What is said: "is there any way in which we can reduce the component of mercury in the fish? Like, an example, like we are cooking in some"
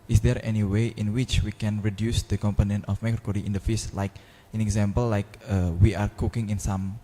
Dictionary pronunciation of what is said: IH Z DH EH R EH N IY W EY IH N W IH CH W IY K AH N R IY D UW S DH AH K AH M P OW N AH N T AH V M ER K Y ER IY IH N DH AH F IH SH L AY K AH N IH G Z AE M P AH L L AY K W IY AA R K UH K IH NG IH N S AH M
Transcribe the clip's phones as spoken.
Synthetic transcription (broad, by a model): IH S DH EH R EH N IY W EY IH N W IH CH W IY K AH N R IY D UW S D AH K AH M P OW N AH N T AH F M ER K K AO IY IH N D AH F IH S L AY K AH N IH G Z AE M P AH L L AY K W IY AA R K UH K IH NG IH N S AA M